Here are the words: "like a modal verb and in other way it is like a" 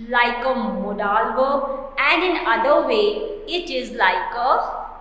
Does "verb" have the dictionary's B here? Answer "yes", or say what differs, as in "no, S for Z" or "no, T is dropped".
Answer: no, B is dropped